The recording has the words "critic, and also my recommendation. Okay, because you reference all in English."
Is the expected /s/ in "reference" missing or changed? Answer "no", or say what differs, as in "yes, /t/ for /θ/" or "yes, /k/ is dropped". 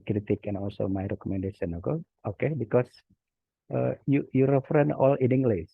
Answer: yes, /s/ is dropped